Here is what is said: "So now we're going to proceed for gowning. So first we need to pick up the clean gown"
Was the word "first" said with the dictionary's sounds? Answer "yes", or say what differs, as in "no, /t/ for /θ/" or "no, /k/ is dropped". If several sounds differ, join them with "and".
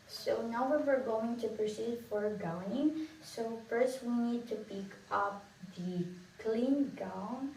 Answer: yes